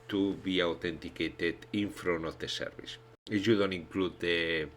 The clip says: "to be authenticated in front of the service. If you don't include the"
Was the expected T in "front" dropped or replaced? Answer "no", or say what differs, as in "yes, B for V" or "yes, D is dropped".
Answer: yes, T is dropped